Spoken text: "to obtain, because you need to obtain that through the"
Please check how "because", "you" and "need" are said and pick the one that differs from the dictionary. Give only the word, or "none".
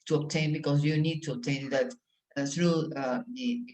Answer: because